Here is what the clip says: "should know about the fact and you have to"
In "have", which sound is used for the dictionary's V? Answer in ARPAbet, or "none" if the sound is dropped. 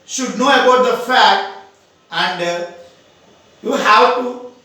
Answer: W